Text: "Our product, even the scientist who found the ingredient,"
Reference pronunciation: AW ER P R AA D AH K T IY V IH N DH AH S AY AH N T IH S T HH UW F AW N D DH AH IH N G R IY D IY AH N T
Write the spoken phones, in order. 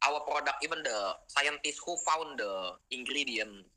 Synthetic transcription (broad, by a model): AW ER P R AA D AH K IY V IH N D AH S AY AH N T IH S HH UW F AW N D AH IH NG G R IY D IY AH N